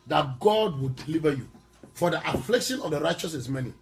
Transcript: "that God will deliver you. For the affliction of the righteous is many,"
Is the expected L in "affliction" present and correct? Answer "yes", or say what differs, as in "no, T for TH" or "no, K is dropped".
yes